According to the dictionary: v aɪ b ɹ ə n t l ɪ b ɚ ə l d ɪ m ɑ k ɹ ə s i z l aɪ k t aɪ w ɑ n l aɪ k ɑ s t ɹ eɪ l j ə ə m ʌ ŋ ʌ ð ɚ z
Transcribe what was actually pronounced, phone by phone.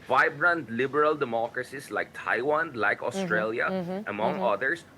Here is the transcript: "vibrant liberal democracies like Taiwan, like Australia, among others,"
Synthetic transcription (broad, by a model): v aɪ b ɹ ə n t l ɪ b ɚ ə l d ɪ m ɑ k ɹ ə s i s l aɪ k t aɪ w ɑ n l aɪ k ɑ s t ɹ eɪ l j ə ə m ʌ ŋ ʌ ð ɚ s